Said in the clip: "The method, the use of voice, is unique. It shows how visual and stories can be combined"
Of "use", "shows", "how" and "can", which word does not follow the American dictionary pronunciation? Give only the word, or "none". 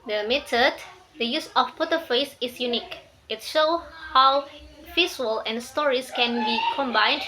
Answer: shows